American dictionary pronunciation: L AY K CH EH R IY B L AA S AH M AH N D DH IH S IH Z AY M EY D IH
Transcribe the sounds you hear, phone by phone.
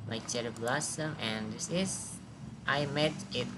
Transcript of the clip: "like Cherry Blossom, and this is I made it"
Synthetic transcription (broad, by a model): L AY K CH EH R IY B L AA S AH M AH N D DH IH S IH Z AY M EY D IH